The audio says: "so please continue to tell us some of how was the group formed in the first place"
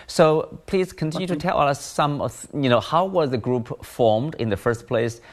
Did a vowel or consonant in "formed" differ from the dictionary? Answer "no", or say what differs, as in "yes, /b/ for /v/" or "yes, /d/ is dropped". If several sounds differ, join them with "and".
no